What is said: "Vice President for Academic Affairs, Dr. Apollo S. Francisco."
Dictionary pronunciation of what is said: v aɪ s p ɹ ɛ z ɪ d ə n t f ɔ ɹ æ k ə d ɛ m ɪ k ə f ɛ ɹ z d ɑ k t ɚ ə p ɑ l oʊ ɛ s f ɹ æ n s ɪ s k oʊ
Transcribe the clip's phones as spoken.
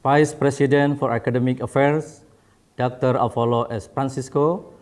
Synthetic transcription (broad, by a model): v aɪ s p ɹ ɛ s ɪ d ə n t f ɔ ɹ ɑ k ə d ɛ m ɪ k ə f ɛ ɹ s d ɑ k t ɚ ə f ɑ l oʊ ɛ s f ɹ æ n s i s k oʊ